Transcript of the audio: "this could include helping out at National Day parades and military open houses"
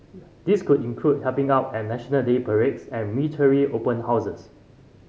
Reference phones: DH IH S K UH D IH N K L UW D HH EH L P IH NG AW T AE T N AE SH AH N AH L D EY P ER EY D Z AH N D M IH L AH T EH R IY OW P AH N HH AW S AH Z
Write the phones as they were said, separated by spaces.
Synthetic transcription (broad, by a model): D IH S K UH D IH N K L UW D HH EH P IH NG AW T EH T N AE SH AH N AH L D EY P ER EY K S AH N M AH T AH R IY OW P AH N HH AW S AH S